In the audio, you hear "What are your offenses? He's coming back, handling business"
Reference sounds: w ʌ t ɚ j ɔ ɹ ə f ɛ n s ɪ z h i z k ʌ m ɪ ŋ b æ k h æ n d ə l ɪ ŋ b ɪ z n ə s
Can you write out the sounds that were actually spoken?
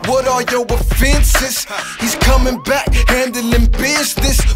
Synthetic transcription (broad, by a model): w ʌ t ɚ j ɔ w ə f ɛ n s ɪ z h i z k ʌ m ɪ ŋ b æ k h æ n d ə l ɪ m b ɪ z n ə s